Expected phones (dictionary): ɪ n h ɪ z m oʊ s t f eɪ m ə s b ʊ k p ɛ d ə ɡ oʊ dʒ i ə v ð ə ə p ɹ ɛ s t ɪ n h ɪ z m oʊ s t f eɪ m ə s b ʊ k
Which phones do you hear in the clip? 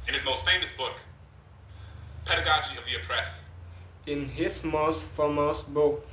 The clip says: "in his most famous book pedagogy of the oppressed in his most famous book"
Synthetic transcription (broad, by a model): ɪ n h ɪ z m oʊ s t f eɪ m ə s b ʊ k p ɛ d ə ɡ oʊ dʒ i ə v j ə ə p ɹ ɛ s ɪ n h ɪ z m oʊ s t f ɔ m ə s b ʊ k